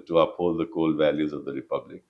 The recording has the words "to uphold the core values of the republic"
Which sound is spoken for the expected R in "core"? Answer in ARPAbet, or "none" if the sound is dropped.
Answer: L